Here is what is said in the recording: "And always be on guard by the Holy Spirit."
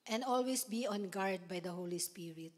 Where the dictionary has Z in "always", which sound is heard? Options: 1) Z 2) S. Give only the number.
2